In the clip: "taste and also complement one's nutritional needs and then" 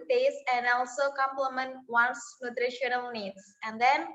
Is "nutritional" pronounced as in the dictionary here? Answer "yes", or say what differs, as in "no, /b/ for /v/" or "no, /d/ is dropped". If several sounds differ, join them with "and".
yes